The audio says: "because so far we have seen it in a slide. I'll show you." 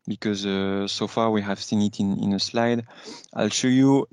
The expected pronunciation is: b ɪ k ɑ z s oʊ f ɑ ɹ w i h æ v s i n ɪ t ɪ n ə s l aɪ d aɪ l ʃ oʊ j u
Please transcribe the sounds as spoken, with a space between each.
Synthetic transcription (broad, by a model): b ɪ k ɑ z s oʊ f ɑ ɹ w i h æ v s i n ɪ t ɪ n ə s l aɪ d aɪ l ʃ oʊ j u